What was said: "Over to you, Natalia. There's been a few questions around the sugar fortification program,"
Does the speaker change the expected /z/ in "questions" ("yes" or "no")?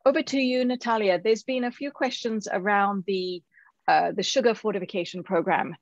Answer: no